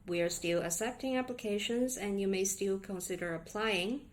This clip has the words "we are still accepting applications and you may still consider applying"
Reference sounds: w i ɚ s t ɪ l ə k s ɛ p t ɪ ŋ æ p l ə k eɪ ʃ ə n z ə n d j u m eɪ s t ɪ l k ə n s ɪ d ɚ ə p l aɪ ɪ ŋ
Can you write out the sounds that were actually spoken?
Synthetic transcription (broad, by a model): w i ɚ s t ɪ l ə s ɛ p t ɪ ŋ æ p l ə k eɪ ʃ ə n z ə n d j u m eɪ s t ɪ l k ə n s ɪ d ɚ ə p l aɪ ɪ ŋ